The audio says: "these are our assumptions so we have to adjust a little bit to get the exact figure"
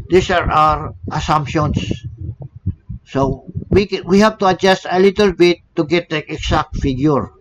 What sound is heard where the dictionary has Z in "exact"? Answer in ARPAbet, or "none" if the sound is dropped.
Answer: S